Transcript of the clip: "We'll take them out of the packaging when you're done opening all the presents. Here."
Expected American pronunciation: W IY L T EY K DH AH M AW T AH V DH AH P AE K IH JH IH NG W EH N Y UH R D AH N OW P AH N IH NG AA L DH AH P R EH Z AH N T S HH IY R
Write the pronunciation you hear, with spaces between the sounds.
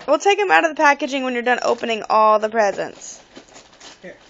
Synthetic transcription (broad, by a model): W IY L T EY K DH AH M AW T AH V DH AH P AE K IH JH IH NG W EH N Y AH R D AH N OW P AH N IH NG AA L DH AH P R EH Z AH N T S